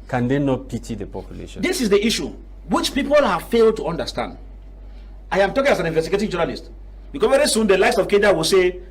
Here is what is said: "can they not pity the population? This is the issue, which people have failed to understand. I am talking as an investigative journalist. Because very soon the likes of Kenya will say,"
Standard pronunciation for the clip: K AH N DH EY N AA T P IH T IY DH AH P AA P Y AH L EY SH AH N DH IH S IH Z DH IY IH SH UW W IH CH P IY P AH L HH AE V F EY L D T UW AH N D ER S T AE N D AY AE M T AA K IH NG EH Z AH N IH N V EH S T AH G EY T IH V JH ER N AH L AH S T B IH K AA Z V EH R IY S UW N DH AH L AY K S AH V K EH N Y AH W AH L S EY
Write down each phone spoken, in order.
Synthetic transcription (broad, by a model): K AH N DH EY N AA T P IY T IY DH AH P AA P Y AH L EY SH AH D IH S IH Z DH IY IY SH UW W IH CH P IY P AH L HH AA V F EY L D T UW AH N D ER S T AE N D AY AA M T AA K IH NG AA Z AH N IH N V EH S T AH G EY T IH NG JH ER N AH L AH S T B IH K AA V EH R IY S UW N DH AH L AY S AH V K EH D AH W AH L S EY